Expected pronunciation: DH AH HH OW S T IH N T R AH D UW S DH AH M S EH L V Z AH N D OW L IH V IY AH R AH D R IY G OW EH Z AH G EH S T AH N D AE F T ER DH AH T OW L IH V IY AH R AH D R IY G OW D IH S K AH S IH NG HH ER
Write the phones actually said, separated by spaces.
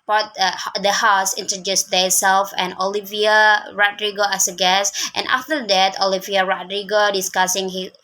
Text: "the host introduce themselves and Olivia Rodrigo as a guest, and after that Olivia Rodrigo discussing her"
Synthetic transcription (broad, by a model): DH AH HH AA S IH N T R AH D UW S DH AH S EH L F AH N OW L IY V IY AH R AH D R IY G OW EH S AH G EH S T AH N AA F T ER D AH T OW L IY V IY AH R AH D R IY G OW D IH S K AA S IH NG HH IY